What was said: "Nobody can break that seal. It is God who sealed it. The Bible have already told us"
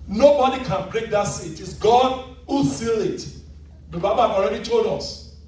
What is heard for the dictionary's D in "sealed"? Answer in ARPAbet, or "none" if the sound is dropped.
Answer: none